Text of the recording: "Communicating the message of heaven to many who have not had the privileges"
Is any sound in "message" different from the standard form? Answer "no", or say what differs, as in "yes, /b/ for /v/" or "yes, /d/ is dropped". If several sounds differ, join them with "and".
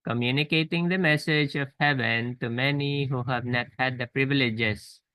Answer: no